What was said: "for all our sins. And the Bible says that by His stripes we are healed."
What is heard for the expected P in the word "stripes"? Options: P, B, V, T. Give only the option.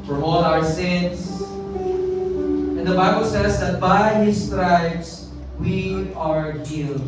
B